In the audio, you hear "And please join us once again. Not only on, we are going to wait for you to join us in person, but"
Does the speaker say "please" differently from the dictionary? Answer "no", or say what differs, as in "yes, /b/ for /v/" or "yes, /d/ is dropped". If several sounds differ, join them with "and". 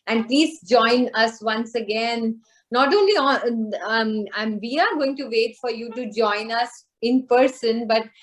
no